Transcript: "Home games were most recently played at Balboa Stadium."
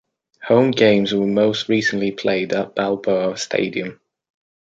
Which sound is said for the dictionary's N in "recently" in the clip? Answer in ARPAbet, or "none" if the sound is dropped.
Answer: N